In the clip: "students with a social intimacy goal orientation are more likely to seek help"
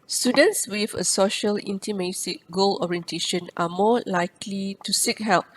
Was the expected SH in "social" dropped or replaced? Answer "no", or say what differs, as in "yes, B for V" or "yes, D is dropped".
no